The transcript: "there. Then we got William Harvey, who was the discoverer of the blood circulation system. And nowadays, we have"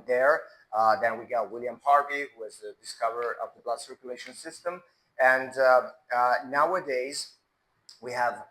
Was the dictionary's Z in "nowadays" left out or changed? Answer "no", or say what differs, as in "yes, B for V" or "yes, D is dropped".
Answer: no